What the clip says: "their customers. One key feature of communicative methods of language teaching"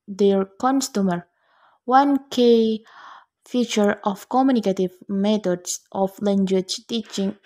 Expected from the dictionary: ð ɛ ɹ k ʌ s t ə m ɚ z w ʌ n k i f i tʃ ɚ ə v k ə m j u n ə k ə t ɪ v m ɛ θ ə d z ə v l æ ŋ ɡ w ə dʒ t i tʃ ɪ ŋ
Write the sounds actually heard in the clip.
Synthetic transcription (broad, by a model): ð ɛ ɹ k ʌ s t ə m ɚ w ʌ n k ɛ f i tʃ ɚ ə f k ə m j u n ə k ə t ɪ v m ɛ t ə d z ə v l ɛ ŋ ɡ w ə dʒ t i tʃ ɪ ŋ